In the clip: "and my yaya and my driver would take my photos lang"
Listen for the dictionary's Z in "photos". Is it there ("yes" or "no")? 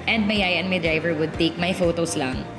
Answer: no